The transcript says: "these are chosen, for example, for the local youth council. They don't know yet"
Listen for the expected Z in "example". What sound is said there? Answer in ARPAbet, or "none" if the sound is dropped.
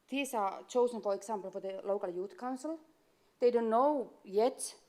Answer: S